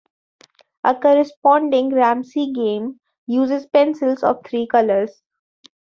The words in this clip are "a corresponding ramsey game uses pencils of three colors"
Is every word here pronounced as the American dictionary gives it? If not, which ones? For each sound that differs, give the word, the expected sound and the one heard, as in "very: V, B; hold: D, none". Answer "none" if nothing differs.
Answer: ramsey: Z, S; three: TH, T